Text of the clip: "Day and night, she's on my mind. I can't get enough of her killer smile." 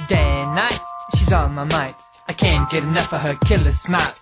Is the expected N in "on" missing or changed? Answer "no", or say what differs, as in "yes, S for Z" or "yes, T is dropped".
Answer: yes, L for N